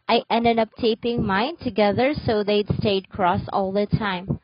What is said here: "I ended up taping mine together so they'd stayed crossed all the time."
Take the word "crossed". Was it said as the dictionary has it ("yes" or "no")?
no